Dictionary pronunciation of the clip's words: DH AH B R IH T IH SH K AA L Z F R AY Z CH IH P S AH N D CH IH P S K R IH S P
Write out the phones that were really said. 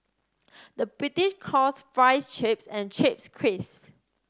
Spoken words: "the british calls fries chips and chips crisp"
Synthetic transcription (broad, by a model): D AH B R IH T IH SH K AA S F R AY S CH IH P S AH N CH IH P S K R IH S